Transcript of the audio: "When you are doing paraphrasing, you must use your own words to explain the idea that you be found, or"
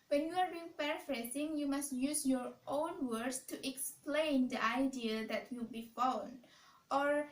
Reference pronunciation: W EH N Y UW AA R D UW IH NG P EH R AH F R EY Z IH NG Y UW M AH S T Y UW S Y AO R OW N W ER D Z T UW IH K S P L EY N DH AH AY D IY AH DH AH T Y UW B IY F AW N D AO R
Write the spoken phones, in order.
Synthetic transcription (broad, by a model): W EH N Y UW AA R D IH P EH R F R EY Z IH NG Y UW M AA S T Y UW S Y AO R OW N W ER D S T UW IH K S P L EY N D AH AY D IY AH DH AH T Y UW B IY F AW N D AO R